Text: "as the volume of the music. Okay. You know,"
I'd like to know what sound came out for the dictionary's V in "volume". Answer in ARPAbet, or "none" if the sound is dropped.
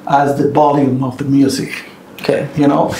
B